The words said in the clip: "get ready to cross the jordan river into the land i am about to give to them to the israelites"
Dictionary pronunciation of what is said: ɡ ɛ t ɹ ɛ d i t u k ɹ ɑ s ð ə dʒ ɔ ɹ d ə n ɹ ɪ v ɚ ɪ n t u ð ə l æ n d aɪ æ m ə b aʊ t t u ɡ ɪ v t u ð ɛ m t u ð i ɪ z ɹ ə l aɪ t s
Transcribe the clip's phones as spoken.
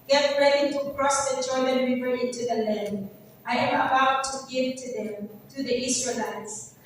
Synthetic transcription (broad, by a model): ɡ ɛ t ɹ ɛ d i t u k ɹ ɑ s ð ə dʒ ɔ l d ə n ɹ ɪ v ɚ ɪ n t u ð ə l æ n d aɪ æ m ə b aʊ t t u ɡ ɪ v t u ð ɛ m t u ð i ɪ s ɹ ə l aɪ t s